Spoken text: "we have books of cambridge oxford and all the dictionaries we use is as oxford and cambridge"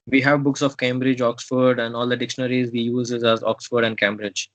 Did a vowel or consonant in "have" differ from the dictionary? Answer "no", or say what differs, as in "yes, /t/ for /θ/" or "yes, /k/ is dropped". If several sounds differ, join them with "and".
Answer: no